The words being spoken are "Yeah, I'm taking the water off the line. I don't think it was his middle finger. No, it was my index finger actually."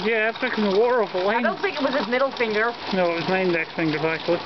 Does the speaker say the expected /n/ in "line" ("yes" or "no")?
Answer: no